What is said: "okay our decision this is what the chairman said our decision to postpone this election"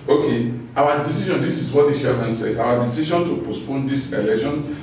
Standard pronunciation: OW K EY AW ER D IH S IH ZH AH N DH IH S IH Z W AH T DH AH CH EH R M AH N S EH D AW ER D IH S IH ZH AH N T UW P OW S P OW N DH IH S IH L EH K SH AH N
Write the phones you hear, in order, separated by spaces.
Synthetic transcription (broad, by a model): OW K EY AW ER D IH S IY SH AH N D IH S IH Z W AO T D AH SH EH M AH N S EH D AW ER D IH S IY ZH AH N T UW P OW S P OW N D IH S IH L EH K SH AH N